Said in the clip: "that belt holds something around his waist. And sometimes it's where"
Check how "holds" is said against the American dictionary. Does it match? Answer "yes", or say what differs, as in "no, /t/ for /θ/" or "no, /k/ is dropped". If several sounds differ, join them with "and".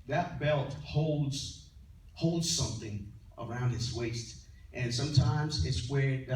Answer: yes